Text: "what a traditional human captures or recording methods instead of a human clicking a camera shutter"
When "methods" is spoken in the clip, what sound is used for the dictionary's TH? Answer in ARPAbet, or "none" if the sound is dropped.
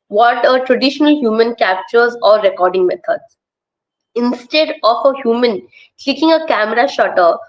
T